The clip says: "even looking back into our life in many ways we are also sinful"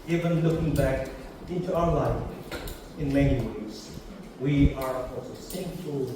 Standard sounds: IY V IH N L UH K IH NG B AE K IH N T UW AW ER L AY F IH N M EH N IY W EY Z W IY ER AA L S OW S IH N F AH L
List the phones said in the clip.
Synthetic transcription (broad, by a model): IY V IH N L UH K IH NG B AE K IH N T UW AW ER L AY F IH N M EH N IY W EY Z W IY ER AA S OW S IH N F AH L